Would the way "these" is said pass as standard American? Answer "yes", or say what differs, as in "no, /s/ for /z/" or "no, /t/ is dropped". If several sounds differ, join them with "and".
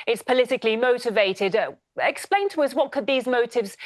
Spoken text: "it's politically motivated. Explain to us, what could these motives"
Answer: yes